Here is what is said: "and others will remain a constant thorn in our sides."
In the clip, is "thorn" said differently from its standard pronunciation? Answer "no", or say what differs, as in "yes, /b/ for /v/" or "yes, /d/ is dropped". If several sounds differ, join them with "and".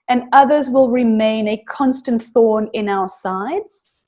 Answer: no